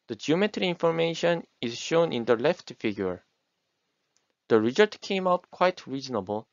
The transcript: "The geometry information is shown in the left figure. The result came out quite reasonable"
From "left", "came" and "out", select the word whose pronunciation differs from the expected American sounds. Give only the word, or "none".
none